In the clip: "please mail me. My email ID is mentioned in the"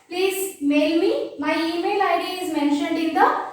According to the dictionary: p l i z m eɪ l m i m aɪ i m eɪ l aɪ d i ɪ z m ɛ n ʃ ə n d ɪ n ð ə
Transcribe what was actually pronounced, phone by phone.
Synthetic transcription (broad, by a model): p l i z m eɪ l m i m aɪ i m eɪ l aɪ d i ɪ z m ɛ n ʃ ə n d ɪ n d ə